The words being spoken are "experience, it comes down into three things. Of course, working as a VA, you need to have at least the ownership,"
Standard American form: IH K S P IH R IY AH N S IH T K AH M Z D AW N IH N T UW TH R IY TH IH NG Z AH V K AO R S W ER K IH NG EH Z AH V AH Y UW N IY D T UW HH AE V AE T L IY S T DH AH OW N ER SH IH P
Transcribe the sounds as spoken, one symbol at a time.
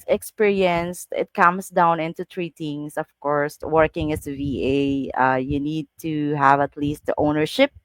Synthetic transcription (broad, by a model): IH K S P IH R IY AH N S IH T K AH M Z D AW N IH N T UW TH R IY T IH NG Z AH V K AO R S W ER K IH NG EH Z AH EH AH Y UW N IY D T UW HH AE V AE T L IY S T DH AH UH N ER SH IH P